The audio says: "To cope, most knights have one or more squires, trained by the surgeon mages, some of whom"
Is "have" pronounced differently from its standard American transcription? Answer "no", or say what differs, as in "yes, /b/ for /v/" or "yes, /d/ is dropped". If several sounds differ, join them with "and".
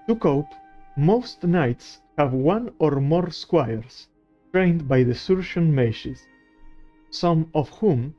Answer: no